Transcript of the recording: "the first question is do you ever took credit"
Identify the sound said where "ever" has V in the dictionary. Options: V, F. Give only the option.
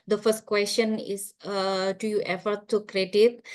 F